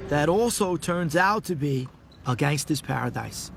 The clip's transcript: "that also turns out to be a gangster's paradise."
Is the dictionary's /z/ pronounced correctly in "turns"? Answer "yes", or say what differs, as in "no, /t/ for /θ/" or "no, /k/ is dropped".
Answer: yes